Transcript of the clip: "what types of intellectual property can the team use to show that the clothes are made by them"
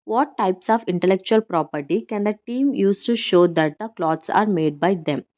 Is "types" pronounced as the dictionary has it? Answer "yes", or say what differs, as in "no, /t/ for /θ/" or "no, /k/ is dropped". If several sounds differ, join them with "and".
yes